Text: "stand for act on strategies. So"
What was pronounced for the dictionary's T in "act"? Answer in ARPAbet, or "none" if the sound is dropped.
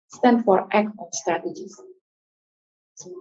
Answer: none